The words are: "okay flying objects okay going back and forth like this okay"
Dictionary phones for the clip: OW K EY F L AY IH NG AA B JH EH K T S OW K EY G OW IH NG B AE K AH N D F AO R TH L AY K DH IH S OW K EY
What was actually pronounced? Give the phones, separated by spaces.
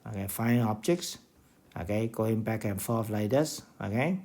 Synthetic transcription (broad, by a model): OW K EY F AY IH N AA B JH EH K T S OW K EY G OW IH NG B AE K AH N F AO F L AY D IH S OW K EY